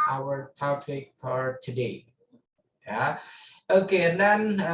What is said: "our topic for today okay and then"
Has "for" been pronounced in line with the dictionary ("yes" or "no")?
no